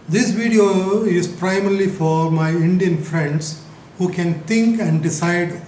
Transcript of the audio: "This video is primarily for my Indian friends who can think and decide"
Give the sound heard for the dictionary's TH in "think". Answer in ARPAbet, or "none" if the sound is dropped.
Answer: T